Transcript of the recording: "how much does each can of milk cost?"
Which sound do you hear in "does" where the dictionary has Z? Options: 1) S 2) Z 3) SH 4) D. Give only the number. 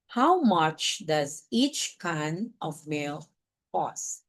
2